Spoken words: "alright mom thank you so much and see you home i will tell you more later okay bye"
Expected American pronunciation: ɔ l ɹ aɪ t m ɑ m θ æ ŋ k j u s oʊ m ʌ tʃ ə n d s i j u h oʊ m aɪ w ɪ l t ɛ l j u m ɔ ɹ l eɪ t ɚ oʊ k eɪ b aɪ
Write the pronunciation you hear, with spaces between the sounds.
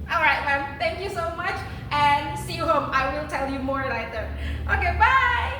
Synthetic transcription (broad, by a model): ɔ l ɹ aɪ t m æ m θ æ ŋ k j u s oʊ m ʌ tʃ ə n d s i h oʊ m aɪ w ɪ l t ɛ l j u m ɔ ɹ n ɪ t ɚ oʊ k eɪ b aɪ